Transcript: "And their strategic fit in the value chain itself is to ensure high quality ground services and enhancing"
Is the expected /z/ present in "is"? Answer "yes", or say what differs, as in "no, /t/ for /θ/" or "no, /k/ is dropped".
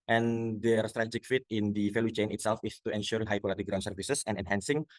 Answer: no, /s/ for /z/